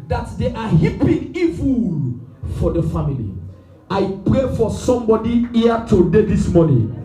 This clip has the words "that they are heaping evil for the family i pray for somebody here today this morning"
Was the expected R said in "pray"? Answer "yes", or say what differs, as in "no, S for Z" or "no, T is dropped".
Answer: yes